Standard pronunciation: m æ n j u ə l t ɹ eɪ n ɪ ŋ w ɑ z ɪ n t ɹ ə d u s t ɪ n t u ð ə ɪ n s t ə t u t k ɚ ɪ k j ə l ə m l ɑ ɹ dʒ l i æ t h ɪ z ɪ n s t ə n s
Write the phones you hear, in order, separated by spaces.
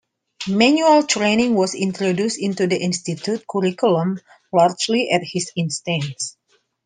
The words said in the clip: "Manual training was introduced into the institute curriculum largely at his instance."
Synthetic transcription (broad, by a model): m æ n j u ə l t ɹ eɪ n ɪ ŋ w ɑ s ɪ n t ɹ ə d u s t ɪ n t u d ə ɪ n s t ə t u t k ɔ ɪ k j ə l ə m l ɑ ɹ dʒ l i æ t h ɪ s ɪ n s t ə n s